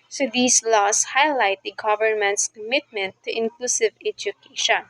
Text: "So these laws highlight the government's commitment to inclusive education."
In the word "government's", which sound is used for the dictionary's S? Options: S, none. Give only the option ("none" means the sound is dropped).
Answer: S